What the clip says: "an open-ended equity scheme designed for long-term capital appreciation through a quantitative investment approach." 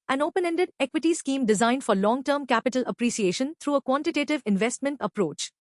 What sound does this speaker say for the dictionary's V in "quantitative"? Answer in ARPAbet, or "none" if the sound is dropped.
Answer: V